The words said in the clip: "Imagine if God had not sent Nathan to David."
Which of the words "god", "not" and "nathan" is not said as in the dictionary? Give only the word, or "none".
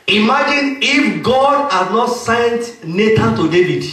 nathan